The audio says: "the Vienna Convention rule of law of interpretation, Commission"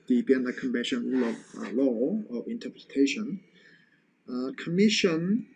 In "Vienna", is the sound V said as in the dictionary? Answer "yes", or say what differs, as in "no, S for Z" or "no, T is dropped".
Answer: no, B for V